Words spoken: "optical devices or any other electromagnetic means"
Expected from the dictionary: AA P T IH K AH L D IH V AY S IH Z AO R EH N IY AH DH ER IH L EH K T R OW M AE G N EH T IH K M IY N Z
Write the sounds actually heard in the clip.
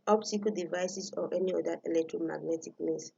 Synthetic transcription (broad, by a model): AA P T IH K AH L D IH V AY S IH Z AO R EH N IY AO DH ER IH L EH K T R OW M AE G N EH T IH K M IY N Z